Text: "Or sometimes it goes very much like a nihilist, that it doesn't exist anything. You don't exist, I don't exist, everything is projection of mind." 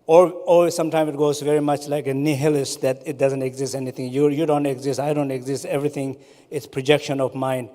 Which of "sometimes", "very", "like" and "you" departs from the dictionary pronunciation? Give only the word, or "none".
sometimes